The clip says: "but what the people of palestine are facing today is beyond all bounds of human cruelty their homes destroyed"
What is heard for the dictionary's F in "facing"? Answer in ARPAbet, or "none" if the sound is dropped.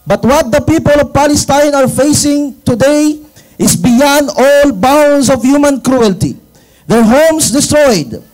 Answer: F